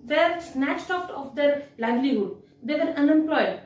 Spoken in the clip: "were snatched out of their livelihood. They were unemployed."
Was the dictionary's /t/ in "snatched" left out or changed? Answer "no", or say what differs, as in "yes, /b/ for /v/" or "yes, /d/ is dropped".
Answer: no